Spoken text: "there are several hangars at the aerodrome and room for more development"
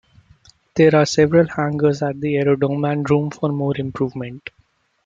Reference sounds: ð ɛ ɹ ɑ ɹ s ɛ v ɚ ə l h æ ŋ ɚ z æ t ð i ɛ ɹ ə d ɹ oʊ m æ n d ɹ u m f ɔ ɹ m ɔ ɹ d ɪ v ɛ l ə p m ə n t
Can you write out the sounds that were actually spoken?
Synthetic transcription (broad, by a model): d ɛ ɹ ɑ ɹ s ɛ v ɚ ə l h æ ŋ ɚ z æ t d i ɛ ɹ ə d oʊ m æ n d ɹ u m f ɔ ɹ m ɔ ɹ d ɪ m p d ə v m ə n t